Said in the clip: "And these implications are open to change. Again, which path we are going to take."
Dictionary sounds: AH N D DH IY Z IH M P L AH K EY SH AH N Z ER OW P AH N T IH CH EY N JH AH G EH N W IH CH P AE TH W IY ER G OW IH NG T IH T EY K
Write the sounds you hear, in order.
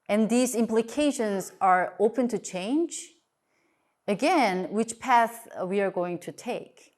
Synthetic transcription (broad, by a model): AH N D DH IY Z IH M P L AH K EY SH AH N Z ER OW P AH N T IH CH EY N JH AH G EH N W IH CH P AE TH W IY ER G OW IH NG T IH T EY K